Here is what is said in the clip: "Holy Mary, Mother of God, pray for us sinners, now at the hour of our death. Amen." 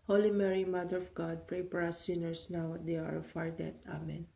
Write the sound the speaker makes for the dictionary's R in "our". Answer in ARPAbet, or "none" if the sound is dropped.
R